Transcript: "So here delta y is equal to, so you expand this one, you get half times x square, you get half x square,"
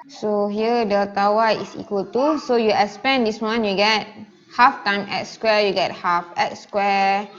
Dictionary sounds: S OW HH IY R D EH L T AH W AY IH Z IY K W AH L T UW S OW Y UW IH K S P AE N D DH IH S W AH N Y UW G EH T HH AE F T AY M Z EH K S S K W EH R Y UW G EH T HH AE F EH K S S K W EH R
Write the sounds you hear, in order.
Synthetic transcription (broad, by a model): S OW HH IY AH D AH T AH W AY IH S IY K W AH L T UW S OW Y UW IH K S P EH N D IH S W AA N Y UW G EH T HH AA F T AY M EH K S S K W EH Y UW G EH T HH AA F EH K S S K W EH